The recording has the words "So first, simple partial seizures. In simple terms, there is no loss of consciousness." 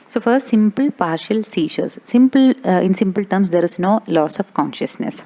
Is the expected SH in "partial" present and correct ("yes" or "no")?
yes